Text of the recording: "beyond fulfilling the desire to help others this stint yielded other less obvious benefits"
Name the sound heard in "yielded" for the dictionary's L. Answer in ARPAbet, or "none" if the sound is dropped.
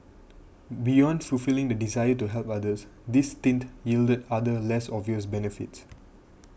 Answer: L